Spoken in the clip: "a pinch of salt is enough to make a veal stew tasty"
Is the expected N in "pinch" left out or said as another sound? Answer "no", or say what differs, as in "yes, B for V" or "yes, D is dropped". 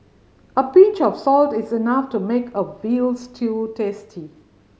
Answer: yes, N is dropped